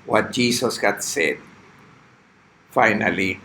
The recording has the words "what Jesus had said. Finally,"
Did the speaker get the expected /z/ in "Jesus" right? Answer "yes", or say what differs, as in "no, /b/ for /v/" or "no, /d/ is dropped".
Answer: no, /s/ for /z/